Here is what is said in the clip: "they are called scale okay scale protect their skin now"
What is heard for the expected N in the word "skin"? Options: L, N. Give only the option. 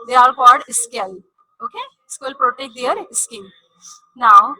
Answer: L